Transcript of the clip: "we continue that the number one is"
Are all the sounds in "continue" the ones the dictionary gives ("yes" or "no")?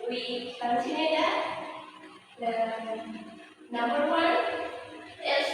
no